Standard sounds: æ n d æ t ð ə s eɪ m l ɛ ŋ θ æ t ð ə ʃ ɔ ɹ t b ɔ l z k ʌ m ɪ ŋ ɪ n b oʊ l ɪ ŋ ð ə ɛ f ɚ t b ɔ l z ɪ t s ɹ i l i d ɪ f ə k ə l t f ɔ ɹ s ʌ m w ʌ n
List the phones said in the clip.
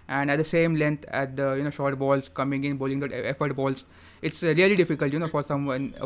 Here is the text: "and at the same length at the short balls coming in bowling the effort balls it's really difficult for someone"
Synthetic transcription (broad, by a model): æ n d æ t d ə s eɪ m l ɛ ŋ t æ t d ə ʃ ɔ ɹ t b ɔ l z k ʌ m ɪ ŋ ɪ n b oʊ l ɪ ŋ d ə ɛ f ɚ t b ɔ l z ɪ t s ɹ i l i d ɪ f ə k ə l t f ɔ ɹ s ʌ m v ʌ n